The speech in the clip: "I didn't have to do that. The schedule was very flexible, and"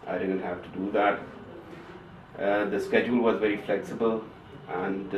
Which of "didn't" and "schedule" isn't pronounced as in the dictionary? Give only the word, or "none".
none